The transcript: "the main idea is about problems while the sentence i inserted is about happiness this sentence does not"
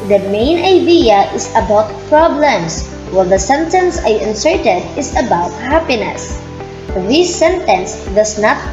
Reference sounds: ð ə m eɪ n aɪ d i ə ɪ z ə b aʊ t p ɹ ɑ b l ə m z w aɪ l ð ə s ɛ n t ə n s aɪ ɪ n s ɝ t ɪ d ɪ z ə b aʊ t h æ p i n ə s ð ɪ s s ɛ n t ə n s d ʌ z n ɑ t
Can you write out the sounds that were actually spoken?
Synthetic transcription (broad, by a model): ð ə m eɪ n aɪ d i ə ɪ s ə b aʊ t p ɹ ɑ b l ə m s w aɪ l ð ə s ɛ n t ə n s aɪ ɪ n s ɝ t ɪ d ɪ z ə b aʊ t h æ p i n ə s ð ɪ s s ɛ n t ə n s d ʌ s n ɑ t